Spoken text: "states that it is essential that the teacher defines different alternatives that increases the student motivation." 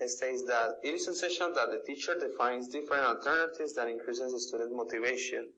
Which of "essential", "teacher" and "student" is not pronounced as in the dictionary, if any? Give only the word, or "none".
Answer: essential